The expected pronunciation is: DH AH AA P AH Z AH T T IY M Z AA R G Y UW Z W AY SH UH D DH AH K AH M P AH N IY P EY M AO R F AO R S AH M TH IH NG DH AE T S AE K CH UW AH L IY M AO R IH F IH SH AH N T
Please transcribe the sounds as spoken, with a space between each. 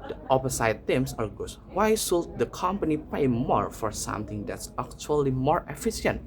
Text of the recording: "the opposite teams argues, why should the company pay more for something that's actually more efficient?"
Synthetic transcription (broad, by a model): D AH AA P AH S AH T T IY M S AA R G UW S W AY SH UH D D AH K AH M P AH N IY P EY M AO R F AO R S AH M T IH NG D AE T S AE K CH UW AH L IY M AO R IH F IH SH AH N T